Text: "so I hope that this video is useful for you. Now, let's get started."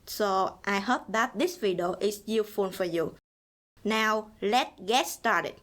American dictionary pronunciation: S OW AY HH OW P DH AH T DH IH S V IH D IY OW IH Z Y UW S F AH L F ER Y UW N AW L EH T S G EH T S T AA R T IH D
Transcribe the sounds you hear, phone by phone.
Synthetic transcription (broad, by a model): S OW AY HH OW P DH AH T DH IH S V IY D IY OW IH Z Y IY F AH N F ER Y UW N AW L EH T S G EH T S T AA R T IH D